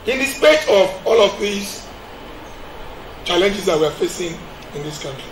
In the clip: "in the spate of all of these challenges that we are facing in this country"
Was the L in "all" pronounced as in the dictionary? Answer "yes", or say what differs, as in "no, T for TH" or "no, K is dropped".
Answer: yes